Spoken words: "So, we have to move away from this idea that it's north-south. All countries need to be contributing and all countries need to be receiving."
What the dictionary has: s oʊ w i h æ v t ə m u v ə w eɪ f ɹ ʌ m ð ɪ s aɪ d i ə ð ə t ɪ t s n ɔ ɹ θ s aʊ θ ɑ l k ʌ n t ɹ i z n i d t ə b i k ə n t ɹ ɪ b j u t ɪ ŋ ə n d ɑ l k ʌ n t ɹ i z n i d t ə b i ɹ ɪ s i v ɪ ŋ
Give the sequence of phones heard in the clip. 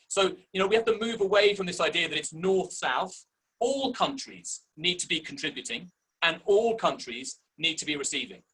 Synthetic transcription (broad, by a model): s oʊ w i h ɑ f t ə m u v ə w eɪ f ɹ ʌ m ð ɪ s aɪ d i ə ð ə t ɪ t s n ɔ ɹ θ s aʊ θ ɑ l k ʌ n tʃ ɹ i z n i d t ə b i k ə n t ɹ ɪ b j u t ɪ ŋ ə n ɑ l k ʌ n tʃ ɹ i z n i d t ə b i ɹ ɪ s i v ɪ ŋ